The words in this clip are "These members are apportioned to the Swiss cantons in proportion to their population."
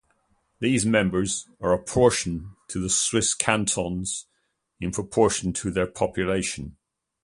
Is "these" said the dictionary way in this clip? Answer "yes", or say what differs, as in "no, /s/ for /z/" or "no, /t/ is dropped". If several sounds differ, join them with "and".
yes